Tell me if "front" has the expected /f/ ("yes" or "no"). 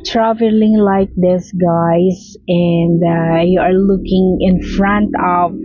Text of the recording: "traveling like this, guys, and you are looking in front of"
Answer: yes